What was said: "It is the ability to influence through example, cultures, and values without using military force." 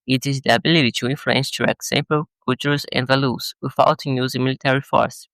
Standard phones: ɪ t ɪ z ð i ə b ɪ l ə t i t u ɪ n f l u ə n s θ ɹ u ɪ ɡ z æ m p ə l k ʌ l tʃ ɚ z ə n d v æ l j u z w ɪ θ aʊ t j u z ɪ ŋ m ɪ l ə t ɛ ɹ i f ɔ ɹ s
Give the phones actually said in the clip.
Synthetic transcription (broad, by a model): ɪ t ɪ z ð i ə b ɪ l ə t i t u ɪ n f l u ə n s t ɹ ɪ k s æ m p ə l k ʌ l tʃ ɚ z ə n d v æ l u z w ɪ f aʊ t j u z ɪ m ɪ l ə t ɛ ɹ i f ɔ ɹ s